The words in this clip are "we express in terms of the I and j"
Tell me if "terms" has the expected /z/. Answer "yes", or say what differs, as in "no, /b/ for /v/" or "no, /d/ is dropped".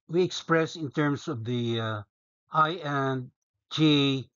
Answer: no, /s/ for /z/